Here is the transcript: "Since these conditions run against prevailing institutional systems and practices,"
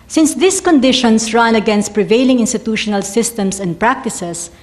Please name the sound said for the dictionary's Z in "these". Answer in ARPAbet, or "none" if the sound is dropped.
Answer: S